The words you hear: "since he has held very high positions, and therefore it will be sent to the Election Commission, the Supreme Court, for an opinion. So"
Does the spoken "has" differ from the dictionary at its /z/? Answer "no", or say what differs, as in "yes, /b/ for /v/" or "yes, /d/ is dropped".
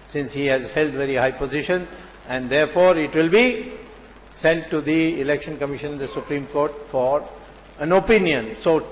no